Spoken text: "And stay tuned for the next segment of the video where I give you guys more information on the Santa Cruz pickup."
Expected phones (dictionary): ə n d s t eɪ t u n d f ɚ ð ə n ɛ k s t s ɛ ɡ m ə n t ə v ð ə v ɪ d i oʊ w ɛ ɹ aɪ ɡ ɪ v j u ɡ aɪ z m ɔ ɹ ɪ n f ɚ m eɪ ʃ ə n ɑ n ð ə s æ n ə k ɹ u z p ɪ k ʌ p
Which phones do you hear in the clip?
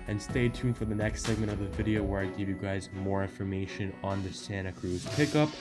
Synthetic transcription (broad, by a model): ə n s t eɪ t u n f ɚ ð ə n ɛ k s t s ɛ ɡ m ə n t ə v ð ə v ɪ d i oʊ w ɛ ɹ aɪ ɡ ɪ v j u ɡ aɪ z m ɔ ɹ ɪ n f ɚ m eɪ ʃ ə n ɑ n ð ə s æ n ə k ɹ u z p ɪ k ʌ p